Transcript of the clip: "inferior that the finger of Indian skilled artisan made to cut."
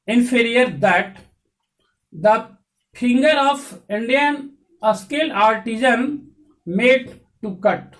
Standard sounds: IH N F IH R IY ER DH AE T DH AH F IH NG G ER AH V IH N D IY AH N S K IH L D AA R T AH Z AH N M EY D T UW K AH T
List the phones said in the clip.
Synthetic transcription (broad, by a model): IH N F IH R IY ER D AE T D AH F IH NG G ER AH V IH N D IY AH N S K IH L AA R T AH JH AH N M EY D T UW K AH T